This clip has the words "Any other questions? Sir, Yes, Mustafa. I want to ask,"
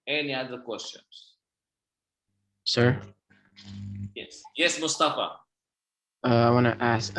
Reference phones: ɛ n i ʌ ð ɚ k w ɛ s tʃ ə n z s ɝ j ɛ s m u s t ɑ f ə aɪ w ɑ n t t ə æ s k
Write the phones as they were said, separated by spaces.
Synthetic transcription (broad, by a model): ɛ n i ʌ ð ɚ k w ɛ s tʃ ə n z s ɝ j ɛ s m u s t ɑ f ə aɪ w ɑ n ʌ t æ s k